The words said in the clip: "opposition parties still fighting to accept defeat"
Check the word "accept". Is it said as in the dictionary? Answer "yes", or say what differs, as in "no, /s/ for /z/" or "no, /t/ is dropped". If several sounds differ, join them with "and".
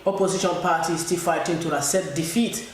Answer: no, /k/ is dropped and /p/ is dropped